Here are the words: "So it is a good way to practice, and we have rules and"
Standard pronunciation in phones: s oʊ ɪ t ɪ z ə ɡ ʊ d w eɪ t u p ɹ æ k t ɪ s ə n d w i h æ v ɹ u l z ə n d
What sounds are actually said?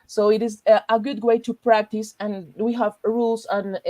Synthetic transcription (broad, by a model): s oʊ ɪ t ɪ z ə ɡ ʊ d w eɪ t u p ɹ æ k t ɪ s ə n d w i h æ v ɹ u l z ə n